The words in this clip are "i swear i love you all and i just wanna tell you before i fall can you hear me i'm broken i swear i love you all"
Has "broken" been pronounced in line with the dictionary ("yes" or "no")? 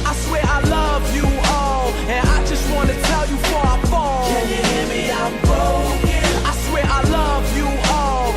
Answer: no